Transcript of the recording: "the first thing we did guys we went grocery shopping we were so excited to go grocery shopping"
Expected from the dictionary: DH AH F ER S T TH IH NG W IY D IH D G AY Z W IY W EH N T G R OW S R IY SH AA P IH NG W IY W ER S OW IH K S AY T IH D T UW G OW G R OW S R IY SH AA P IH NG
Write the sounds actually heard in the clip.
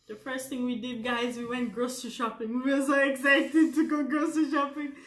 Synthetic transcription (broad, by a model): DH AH F ER S T TH IH NG W IY D IH D G AY Z W IY W EH N T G R OW S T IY SH AA P IH NG W IY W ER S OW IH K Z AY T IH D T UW G OW G R OW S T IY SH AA P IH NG